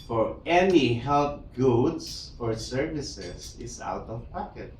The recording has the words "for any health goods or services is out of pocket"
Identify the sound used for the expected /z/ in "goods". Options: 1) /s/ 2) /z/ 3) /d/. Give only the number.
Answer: 1